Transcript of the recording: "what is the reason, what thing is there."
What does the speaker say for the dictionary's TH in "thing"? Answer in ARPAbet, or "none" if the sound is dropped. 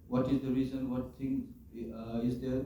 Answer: T